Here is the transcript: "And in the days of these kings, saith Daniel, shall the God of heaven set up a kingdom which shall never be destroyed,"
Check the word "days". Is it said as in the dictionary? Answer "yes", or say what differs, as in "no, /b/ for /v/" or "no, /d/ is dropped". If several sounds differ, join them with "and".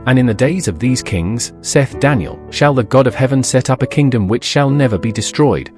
yes